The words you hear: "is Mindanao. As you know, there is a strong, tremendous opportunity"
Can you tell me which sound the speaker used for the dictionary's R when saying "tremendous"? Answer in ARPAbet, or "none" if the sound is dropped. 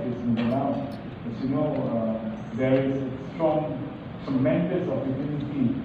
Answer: none